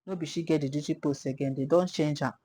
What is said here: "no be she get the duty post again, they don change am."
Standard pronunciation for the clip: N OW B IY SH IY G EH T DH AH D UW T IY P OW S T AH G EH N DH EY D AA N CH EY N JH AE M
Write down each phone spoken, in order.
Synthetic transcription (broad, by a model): N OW B IY SH IY G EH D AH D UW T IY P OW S AH G EH N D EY D AA N CH EY N JH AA